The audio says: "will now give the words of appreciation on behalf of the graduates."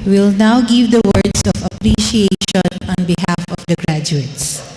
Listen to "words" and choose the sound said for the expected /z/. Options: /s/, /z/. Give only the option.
/s/